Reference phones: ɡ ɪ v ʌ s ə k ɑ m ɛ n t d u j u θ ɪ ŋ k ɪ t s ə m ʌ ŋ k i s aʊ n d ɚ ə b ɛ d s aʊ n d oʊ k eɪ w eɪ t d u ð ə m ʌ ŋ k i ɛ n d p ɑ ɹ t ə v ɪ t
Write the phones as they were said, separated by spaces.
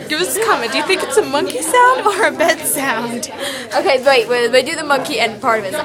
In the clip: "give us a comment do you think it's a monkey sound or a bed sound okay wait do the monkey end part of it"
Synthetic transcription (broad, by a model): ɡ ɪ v ʌ s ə k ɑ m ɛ d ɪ j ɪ θ ɪ ŋ k ɪ t s ə m ʌ ŋ k i s aʊ n d ɚ ə b ɛ d s aʊ n d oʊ k eɪ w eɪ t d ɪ ð ə m ʌ ŋ k i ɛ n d p ɑ ɹ t ə v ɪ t